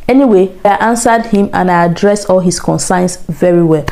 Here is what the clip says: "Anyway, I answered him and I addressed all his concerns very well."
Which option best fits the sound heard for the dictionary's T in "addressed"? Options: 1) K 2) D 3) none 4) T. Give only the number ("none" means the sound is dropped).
3